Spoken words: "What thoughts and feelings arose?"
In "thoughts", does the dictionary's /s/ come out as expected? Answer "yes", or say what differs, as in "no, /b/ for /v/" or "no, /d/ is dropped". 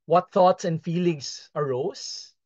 yes